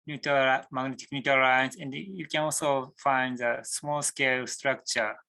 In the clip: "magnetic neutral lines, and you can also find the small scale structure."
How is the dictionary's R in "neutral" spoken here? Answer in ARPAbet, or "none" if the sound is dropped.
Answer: none